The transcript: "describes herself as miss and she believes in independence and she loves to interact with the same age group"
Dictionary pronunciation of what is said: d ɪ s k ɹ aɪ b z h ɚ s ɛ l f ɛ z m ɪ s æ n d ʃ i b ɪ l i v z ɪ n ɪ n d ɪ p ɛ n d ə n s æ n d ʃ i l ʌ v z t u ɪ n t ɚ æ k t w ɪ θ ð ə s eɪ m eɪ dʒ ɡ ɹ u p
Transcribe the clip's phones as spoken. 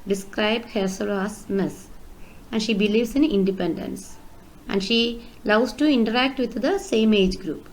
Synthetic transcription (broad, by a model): d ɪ s k ɹ aɪ b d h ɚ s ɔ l ɑ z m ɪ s æ n d ʃ i b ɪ l i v s ɪ n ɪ n d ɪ p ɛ n d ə n s æ n d ʃ i l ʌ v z t u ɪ n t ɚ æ k t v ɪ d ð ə s eɪ m eɪ dʒ ɡ ɹ u p